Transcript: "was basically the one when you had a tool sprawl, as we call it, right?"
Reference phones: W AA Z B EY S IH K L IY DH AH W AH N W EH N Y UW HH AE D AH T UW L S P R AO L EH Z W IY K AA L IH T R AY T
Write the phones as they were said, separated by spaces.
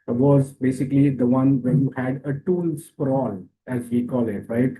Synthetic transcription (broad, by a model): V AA Z B EY S IH K L IY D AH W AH N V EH N Y UW HH AE D AH T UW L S F R AO L EH Z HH IY K AA L IH T R AY T